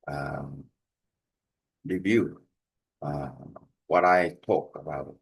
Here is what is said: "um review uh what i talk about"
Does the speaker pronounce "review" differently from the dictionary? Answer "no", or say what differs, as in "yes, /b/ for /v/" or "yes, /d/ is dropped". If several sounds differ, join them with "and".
no